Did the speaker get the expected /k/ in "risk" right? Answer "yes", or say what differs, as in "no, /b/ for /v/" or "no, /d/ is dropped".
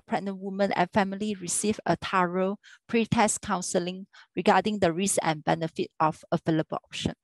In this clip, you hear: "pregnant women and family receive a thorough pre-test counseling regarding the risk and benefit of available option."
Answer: no, /k/ is dropped